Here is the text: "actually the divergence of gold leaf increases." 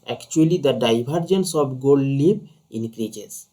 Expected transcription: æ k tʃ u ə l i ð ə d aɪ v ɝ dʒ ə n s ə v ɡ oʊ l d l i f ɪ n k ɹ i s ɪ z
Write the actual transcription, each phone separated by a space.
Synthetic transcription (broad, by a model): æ k tʃ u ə l i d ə d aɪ b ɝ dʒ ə n s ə b ɡ oʊ l d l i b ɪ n k ɹ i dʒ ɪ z